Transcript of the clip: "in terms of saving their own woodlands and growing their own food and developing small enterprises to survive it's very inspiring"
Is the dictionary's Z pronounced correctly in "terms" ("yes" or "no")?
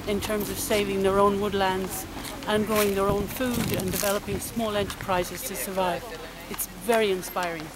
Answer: yes